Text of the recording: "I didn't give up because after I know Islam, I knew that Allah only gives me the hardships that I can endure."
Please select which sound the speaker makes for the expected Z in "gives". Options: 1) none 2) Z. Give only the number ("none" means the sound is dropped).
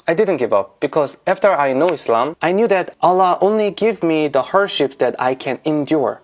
1